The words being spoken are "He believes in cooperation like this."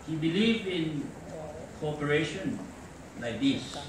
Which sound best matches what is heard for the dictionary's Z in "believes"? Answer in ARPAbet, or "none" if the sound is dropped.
none